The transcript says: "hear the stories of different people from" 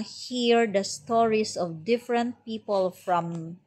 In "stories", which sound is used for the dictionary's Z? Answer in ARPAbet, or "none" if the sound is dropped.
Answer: S